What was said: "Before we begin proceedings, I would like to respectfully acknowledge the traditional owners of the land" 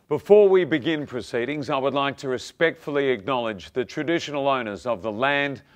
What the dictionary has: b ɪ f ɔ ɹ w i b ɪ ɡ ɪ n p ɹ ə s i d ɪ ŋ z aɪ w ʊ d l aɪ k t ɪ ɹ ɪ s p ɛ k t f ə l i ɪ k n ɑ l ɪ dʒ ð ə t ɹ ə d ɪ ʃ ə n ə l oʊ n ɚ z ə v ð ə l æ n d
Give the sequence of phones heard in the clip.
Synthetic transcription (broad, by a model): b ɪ f ɔ ɹ w i b ɪ ɡ ɪ n p ɹ ə s i d ɪ ŋ z aɪ w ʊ d l aɪ k t ɪ ɹ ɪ s p ɛ k t f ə l i ɪ k n ɑ l ɪ dʒ ð ə t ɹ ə d ɪ ʃ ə n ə l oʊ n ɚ z ə v ð ə l æ n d